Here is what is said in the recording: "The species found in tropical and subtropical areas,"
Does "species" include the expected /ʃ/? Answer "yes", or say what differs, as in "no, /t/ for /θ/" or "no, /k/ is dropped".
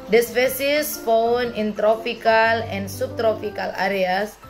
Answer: no, /s/ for /ʃ/